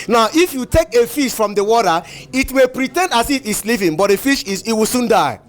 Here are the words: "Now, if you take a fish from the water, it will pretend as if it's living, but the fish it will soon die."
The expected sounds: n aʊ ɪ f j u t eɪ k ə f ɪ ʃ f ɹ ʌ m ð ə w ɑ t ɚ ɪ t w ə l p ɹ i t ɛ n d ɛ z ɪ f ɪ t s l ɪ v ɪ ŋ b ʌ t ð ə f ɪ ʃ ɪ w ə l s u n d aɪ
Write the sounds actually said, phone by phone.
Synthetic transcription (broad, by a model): n aʊ ɪ f j u t eɪ k ə f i ʃ f ɹ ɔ m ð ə w ɑ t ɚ ɪ t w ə p ɹ i t ɛ n d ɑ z ɪ f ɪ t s l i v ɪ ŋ b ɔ t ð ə f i ʃ ɪ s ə w s u n d aɪ